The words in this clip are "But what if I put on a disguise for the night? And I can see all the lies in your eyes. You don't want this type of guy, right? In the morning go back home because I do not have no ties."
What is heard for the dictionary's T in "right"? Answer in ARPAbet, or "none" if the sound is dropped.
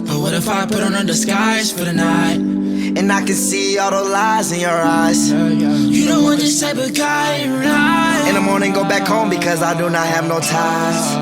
none